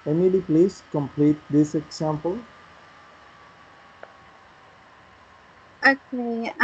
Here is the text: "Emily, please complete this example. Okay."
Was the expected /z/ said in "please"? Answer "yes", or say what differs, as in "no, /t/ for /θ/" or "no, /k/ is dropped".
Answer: no, /s/ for /z/